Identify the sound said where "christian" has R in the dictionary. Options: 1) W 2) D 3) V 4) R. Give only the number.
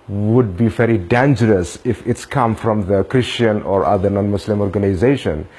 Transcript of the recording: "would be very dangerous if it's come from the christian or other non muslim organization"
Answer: 4